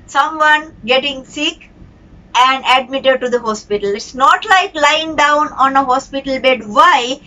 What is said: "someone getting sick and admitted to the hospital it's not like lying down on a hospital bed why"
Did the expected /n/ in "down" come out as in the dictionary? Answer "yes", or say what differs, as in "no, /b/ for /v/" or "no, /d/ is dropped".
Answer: yes